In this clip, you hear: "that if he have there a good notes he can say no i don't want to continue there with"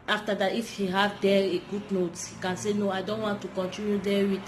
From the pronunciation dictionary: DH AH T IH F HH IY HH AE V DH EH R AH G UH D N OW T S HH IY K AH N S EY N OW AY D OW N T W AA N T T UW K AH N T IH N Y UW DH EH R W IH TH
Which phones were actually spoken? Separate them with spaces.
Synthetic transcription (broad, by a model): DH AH T IH F HH IY HH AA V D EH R AH G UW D N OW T HH IY K AH N S EY N OW AY D OW N T W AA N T T UW K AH N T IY N Y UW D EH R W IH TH